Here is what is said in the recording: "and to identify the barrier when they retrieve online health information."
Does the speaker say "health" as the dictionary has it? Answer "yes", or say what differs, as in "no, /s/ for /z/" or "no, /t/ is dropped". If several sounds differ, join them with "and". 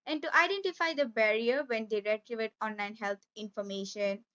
no, /t/ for /θ/